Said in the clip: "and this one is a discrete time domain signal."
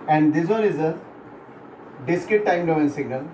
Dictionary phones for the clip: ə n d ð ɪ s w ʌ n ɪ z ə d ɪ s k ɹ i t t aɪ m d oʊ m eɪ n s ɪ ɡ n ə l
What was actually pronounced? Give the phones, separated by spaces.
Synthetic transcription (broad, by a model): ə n d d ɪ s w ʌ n ɪ z ə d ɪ s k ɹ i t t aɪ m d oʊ eɪ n s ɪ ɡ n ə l